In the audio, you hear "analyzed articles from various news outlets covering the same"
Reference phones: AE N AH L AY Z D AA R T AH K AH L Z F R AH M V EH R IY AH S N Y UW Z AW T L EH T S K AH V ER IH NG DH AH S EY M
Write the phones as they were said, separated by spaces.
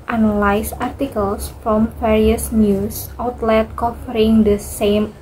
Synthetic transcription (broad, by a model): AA N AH L AY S AA R T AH K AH L S F R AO M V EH R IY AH S N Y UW S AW T L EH T K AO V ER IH NG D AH S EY M